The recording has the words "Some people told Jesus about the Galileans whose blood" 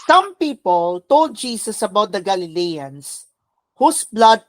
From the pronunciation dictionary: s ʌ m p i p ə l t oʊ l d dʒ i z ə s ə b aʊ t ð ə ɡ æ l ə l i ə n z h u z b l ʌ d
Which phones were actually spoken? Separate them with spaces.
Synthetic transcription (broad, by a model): s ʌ m p i p ə l t oʊ l d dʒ i s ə s ə b aʊ t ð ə ɡ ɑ l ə l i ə n s h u s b l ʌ d